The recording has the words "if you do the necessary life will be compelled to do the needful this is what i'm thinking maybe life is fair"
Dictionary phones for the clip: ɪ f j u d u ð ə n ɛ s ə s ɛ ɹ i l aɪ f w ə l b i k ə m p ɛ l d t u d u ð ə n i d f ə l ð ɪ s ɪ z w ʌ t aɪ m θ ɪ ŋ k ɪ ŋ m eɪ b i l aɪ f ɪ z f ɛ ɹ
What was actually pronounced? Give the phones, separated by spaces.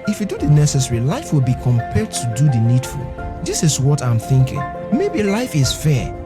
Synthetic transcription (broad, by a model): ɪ f j u d u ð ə n ɛ s ə s ɛ ɹ i l aɪ f w ə l b i k ə m p ɛ l d t u d u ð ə n i d f ə l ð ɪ s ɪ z w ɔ t aɪ m θ ɪ ŋ k ɪ ŋ m eɪ b i l aɪ f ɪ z f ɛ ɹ